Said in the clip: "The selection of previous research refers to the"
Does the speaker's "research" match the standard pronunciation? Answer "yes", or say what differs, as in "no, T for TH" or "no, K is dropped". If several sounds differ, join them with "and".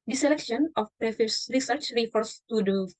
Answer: yes